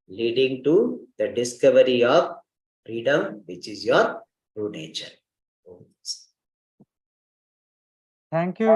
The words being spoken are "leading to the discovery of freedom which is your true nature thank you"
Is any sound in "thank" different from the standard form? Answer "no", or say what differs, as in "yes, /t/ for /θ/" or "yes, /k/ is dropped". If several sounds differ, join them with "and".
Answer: yes, /t/ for /θ/